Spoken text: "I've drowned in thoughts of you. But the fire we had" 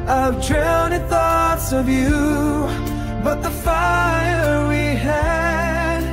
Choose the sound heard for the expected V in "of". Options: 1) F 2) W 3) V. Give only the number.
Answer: 3